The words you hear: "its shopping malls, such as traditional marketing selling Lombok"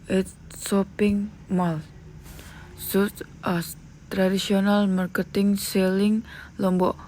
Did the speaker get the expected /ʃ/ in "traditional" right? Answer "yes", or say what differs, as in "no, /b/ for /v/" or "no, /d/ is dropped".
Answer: no, /s/ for /ʃ/